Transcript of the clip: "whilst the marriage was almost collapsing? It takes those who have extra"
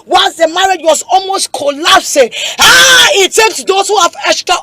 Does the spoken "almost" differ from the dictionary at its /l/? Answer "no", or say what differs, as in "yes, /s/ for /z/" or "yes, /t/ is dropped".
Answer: no